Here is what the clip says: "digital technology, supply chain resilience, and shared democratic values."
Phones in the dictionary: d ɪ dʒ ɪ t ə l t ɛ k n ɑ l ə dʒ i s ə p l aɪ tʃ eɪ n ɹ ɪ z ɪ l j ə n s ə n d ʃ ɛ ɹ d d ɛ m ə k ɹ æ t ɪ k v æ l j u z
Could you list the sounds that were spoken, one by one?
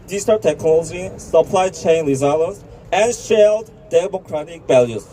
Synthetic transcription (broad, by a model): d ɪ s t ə t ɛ k n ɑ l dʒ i s ə p l aɪ tʃ eɪ n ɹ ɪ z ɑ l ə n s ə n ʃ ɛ l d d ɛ m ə k ɹ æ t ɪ k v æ l j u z